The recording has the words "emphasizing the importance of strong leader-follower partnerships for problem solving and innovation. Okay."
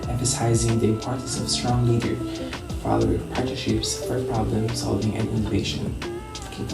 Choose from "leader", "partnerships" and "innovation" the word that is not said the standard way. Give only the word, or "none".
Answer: partnerships